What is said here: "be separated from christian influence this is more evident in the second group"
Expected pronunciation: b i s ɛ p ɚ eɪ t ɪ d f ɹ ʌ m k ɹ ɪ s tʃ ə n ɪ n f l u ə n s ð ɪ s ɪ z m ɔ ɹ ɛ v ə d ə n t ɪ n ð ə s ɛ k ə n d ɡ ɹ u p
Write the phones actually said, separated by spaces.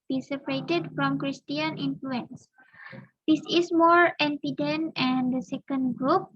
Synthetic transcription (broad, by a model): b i s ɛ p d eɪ t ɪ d f ɹ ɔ m k ɹ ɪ s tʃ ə n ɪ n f l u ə n s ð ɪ s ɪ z m ɔ ɹ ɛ f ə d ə n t ɪ n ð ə s ɛ k ə n d ɡ ɹ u p